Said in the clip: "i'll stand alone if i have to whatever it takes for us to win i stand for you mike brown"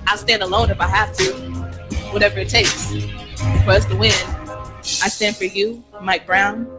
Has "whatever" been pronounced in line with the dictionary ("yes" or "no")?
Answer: yes